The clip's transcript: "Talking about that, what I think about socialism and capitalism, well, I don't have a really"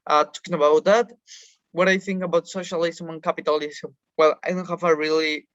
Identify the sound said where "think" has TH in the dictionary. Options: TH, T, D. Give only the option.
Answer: TH